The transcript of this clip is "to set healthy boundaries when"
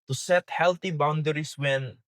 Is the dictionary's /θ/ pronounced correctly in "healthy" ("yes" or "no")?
no